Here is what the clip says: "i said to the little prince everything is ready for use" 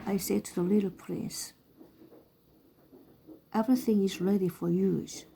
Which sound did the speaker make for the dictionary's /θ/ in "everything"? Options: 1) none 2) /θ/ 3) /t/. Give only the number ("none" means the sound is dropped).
2